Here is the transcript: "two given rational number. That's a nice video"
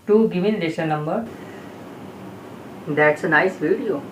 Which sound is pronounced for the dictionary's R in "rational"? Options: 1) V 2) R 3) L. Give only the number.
3